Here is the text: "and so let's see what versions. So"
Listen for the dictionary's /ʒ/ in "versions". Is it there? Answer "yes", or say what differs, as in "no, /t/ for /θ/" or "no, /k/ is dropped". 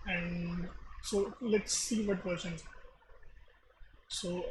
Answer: no, /ʃ/ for /ʒ/